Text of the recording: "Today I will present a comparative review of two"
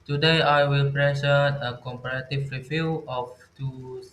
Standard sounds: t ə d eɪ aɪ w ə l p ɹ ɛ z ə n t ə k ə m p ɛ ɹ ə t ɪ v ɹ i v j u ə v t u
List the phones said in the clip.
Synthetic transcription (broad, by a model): t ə d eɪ aɪ w ə l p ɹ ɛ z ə t ə k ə m p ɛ ɹ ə t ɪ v ɹ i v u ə f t u